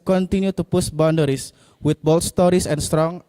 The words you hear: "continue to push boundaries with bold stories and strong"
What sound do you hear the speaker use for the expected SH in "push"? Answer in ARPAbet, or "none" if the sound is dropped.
S